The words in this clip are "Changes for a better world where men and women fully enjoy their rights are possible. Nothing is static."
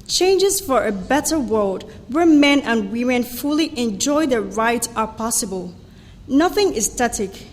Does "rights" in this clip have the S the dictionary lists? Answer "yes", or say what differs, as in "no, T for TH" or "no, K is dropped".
no, S is dropped